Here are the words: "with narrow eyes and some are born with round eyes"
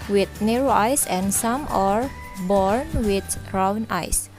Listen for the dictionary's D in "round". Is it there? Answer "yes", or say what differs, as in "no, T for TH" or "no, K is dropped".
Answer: no, D is dropped